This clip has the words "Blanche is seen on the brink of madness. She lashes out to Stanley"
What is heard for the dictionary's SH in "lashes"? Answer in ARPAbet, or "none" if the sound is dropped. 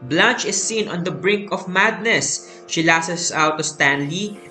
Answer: S